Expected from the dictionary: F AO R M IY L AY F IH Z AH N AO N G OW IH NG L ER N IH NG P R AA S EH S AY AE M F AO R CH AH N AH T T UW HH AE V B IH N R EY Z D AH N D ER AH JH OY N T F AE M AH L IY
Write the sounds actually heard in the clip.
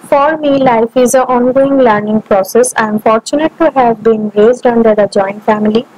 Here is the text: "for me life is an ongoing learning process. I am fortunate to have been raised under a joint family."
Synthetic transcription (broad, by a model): F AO R M IY L AY F IH Z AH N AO N G OW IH NG L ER N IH NG P R AA S EH S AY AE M F AO R CH AH N AH T T UW HH AE V B IH N R EY Z D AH N D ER AH JH OY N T F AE M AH L IY